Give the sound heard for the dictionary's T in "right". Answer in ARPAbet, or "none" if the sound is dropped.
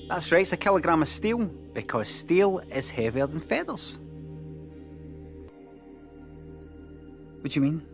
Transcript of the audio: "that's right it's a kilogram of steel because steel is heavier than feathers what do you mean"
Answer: none